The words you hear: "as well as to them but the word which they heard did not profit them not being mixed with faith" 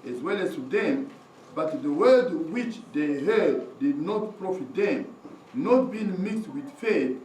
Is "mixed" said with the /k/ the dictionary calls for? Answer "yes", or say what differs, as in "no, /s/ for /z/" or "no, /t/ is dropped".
yes